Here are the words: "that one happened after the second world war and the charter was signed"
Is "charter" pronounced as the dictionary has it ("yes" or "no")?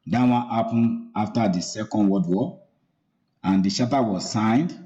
no